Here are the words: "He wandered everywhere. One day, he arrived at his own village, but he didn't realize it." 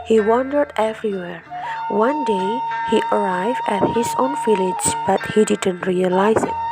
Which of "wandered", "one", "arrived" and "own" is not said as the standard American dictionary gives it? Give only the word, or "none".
none